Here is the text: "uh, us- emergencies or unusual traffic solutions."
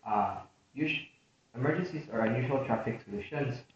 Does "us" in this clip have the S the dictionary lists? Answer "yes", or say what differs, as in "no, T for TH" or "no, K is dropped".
no, SH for S